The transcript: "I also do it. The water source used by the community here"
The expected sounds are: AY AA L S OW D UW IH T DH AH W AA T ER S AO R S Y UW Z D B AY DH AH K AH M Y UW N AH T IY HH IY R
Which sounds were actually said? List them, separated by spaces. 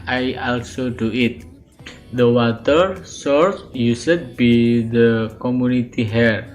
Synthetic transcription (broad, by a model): AY AA L S OW D UW IH T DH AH W AA T ER S AO R S Y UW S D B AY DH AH K AH M Y UW N AH T IY HH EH R